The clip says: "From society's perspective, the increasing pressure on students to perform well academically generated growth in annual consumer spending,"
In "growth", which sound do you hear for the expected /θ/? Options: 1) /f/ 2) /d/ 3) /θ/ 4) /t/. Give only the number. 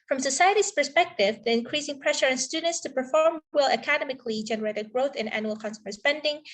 3